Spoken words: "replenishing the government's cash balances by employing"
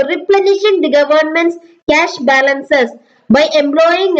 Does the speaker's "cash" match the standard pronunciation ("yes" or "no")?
yes